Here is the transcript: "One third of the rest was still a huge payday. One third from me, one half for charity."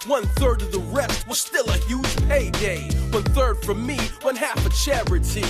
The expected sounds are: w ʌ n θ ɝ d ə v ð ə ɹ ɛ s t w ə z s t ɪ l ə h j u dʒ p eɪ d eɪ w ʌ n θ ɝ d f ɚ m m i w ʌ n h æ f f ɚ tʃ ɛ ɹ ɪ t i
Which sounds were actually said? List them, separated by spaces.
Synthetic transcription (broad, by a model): w ʌ n θ ɝ d ə v ð ə ɹ ɛ s t w ə z s t ɪ l ə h j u ʒ p eɪ d eɪ w ʌ n θ ɝ d f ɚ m m i w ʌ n h æ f f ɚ tʃ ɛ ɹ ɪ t i